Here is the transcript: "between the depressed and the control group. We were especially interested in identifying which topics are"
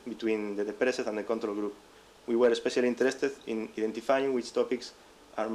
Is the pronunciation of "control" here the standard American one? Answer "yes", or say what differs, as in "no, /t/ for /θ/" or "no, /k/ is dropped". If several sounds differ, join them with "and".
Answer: yes